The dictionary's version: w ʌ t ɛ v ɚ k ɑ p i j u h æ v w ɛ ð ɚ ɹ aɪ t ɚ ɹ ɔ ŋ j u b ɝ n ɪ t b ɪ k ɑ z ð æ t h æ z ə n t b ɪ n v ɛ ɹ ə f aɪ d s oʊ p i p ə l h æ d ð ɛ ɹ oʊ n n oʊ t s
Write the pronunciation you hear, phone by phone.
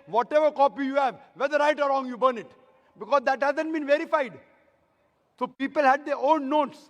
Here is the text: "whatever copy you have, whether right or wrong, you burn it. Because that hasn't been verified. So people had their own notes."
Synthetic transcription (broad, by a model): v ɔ t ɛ v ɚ k ɑ p i j u h æ v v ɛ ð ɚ ɹ aɪ t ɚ ɹ ɔ ŋ j u b ɝ n ɪ t b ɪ k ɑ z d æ t h æ z ə n t b ɪ n v ɛ ɹ ə f aɪ d s oʊ p i p ə l h æ d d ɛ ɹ oʊ n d oʊ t s